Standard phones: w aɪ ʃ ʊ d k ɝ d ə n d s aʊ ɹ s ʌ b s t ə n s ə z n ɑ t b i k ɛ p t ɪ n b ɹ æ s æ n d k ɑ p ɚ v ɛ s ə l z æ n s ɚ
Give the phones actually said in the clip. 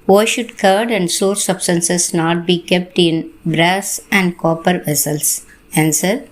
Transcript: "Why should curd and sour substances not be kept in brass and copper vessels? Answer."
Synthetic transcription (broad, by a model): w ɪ ʃ ʊ d k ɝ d ə n d s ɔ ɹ s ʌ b s t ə n s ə s n ɑ t b i k ɛ p t ɪ n b ɹ æ s æ n d k ɑ p ɚ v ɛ s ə l s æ n s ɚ